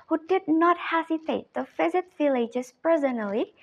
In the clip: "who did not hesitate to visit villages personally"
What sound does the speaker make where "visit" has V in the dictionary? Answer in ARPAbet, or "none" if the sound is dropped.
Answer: F